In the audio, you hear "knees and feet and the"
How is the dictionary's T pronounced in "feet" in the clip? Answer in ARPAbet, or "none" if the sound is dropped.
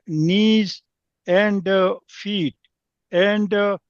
T